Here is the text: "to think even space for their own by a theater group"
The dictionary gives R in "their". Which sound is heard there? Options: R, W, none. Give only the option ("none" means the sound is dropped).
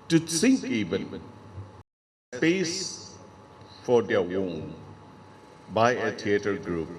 W